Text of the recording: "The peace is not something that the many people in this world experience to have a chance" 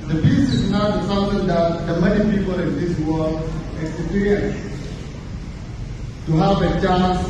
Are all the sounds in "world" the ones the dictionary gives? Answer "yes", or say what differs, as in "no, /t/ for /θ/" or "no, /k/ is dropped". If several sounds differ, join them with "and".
no, /d/ is dropped